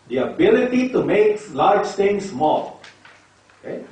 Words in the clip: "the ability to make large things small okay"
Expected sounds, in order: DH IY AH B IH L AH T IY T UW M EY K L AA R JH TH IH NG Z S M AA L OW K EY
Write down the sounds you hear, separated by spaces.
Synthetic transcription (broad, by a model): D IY AH B IH L AH T IY T UW M EY K L AA R JH T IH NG S M AA L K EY